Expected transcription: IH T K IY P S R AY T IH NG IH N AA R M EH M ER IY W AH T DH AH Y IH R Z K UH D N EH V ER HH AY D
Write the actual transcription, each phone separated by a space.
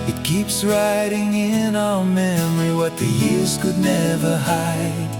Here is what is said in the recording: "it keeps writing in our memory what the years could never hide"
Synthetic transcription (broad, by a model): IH T K IY P S R AY T IH NG IH N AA L M EH M ER IY W AH T DH AH Y IH R Z K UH D N EH V ER HH AY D